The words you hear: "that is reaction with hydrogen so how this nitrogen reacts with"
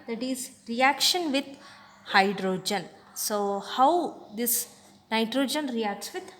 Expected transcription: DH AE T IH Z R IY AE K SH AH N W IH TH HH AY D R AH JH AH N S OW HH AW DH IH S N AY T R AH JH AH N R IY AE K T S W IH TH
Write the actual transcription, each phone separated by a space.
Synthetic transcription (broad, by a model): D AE T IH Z R IY AE K SH AH N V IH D HH AY D R AH JH AH N S OW HH AW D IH S N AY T R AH JH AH N R IY AE K T S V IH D